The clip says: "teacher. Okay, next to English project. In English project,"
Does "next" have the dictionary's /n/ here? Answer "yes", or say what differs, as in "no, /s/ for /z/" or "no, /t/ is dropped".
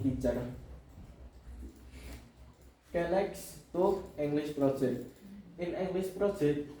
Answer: no, /l/ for /n/